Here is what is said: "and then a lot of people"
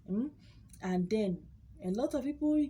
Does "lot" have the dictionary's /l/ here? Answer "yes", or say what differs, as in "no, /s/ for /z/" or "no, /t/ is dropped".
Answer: yes